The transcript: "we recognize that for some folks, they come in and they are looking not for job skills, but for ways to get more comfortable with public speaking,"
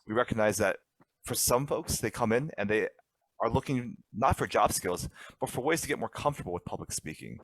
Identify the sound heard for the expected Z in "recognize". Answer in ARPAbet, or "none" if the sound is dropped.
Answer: Z